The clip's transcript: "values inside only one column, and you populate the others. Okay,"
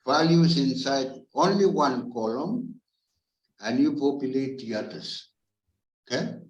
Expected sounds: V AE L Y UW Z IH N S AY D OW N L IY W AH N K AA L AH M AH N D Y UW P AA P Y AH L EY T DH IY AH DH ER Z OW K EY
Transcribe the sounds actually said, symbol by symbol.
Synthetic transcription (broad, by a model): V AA L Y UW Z IH N S AY D OW N L IY W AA N K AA L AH M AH N Y UW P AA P Y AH L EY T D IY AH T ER S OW K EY